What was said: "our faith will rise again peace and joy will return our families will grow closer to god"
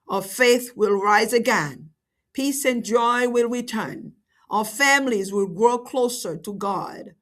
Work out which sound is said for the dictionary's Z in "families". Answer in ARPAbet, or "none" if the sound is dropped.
Z